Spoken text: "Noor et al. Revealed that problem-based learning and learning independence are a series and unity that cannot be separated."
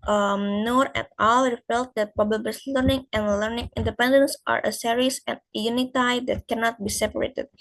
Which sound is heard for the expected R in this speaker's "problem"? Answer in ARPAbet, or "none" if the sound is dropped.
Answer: none